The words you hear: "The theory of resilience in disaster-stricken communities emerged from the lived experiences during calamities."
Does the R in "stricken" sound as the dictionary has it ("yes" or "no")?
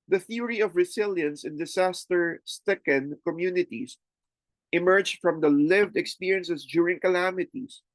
no